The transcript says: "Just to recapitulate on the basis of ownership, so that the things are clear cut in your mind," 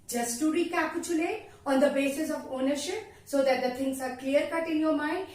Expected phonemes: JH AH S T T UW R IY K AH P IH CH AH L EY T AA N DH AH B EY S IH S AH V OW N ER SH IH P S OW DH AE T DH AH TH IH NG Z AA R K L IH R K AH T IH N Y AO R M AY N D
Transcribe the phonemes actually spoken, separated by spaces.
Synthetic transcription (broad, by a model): JH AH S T T UW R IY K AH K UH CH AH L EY AA N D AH B EY S IH S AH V OW N ER SH IH P S OW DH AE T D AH T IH NG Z AA R K L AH R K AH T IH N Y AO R M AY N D